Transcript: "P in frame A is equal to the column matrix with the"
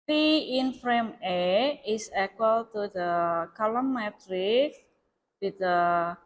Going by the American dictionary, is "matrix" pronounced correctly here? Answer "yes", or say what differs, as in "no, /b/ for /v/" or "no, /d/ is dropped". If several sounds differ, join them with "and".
no, /s/ is dropped